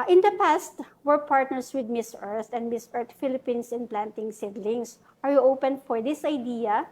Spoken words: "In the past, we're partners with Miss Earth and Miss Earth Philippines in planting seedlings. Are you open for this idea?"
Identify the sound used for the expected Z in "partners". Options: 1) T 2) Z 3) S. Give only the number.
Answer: 3